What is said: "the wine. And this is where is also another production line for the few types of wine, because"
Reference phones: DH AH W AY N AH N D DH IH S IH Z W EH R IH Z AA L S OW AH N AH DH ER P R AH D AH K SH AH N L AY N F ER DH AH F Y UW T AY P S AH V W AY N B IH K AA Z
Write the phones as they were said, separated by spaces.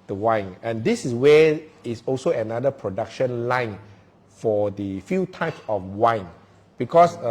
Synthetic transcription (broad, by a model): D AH W AY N AH N D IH S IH S W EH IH S AA L S OW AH N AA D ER P R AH D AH K SH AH N L AY N F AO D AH F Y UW T AY P S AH F W AY N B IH K AA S